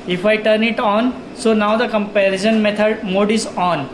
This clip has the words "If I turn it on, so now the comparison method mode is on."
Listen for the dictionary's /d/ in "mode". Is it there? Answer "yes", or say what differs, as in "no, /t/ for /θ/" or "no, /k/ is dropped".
yes